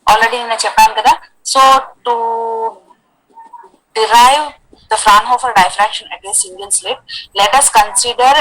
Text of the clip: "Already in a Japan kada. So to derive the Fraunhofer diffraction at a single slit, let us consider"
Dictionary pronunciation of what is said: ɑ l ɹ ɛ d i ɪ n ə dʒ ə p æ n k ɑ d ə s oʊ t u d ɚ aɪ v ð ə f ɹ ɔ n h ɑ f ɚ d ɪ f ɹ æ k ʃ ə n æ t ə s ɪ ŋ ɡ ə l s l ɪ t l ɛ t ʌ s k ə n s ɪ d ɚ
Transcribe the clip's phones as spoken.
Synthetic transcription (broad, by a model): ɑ l ɹ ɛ d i ɪ n ə tʃ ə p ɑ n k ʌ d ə s oʊ t u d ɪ aɪ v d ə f ɹ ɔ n h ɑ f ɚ d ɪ f ɹ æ k ʃ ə n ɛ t ə s ɪ ŋ ɡ ə l s l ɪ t l ɛ t ʌ s k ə n s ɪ d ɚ